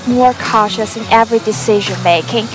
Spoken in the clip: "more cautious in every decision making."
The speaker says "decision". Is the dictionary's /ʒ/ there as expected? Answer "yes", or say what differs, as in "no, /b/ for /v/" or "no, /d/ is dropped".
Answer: yes